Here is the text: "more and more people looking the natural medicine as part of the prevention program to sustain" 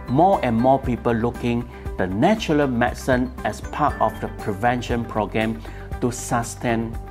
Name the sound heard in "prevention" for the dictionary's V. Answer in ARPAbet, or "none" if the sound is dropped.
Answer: V